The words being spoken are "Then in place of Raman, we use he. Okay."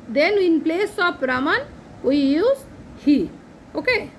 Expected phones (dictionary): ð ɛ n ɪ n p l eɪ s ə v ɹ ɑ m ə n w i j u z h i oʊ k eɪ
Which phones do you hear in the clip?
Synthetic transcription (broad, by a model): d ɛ n ɪ n p l eɪ s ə p ɹ ɑ m ə n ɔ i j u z h i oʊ k eɪ